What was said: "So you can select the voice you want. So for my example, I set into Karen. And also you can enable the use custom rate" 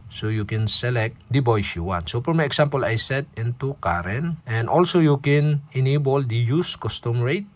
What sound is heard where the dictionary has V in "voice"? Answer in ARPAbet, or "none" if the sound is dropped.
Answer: B